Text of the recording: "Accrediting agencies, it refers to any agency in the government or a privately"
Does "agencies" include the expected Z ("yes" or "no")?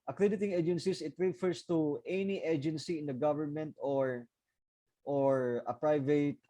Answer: no